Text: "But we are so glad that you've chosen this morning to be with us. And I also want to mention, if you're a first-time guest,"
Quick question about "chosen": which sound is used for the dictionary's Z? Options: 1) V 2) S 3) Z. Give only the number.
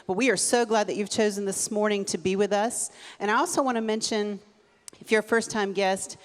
3